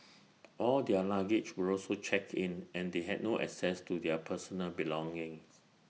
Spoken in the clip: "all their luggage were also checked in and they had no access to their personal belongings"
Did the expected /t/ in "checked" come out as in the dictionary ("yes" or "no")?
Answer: no